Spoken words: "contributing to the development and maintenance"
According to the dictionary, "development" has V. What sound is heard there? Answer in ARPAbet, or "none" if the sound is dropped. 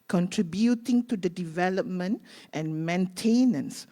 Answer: V